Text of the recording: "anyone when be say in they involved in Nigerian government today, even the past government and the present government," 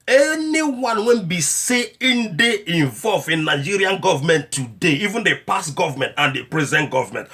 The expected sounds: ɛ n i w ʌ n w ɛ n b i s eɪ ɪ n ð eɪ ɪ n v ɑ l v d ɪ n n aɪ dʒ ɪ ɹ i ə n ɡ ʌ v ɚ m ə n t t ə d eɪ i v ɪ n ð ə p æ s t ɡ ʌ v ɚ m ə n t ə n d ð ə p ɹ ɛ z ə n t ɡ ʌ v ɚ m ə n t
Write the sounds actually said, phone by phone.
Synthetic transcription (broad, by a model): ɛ n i w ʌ n w ɛ n b i s eɪ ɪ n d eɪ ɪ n v ɑ l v ɪ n n aɪ dʒ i ɹ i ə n ɡ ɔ v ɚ m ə n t t ə d eɪ i v ɪ n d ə p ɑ s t ɡ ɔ v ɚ m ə n t ə n d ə p ɹ ɛ z ə n t ɡ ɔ v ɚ m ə n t